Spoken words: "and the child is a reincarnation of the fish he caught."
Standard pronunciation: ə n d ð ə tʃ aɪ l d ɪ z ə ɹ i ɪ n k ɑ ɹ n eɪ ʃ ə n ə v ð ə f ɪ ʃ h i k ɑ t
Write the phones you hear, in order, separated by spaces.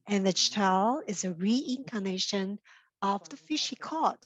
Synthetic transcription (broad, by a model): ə n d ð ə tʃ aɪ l ɪ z ə ɹ i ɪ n k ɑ n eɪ ʃ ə n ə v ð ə f ɪ ʃ h i k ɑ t